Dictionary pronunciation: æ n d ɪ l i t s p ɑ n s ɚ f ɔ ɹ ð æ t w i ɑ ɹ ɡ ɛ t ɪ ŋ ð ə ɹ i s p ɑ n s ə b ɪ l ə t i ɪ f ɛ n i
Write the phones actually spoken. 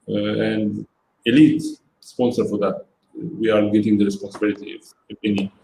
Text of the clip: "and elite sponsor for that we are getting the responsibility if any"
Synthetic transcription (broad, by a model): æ n d ɪ l i t s p ɑ n s ɚ f ɔ ɹ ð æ t w i ɑ ɹ ɡ ɛ t ɪ ŋ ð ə ɹ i s p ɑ n s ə b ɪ l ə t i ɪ p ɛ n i